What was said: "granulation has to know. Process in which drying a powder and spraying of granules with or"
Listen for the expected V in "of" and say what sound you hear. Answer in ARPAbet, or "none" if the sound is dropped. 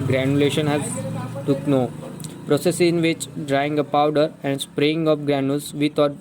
P